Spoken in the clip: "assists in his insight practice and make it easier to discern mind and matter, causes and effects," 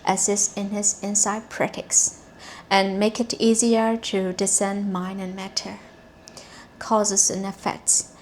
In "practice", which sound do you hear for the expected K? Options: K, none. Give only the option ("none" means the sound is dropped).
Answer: none